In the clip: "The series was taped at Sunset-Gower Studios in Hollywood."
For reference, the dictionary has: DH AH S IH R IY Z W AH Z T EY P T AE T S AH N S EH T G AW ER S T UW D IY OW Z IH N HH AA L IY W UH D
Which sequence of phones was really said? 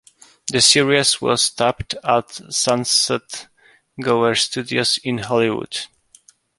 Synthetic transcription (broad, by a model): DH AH S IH R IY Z W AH S T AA P T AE T S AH N S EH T G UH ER S T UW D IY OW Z IH N HH AA L IY W UH D